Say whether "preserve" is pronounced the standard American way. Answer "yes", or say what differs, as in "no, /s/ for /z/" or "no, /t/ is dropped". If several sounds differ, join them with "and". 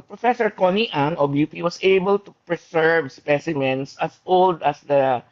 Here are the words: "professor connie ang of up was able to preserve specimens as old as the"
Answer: no, /s/ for /z/